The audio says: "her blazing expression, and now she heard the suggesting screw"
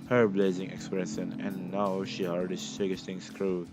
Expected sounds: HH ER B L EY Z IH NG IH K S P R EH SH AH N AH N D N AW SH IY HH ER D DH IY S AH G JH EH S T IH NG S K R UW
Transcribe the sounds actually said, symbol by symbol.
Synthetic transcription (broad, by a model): HH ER B L EY Z IH NG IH K S P R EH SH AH N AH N N AW SH IY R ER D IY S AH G EH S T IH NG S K R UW